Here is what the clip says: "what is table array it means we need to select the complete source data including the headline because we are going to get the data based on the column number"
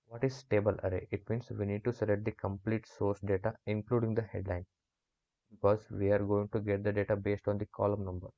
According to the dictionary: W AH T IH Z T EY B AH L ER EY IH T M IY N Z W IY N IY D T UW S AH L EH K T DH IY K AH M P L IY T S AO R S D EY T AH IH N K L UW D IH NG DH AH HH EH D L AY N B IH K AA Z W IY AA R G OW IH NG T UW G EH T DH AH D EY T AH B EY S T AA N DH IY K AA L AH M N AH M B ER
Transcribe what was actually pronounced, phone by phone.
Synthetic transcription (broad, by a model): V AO T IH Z T EY B AH L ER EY IH T M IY N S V IY N IY D T UW S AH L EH T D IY K AH M P L IY T S AO R S D EY T AH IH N K L UW D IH NG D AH HH EH D L AY N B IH K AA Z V IY AA R G OW IH NG T UW G EH T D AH D EY T AH B EY S T AA N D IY K AA L AH M N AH M B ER